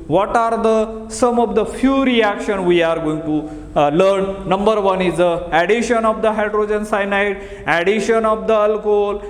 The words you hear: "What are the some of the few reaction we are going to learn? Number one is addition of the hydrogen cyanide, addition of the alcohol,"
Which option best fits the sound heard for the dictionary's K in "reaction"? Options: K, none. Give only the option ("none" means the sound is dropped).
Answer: K